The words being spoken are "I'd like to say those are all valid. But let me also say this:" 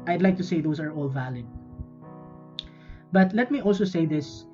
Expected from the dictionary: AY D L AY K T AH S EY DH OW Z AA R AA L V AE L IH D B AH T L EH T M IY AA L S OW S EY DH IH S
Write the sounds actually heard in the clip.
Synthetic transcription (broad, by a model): AY D L AY K T AH S EY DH OW S AA R AA L V AE L IH D B AH T L EH T M IY AA L S OW S EY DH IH S